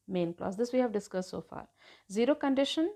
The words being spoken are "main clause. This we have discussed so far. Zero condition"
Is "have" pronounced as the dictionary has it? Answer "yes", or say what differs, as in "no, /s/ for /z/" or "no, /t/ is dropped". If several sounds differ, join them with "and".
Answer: yes